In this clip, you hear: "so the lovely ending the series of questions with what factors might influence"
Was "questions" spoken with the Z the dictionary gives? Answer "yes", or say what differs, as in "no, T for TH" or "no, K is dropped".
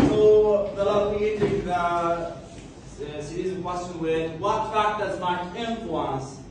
no, Z is dropped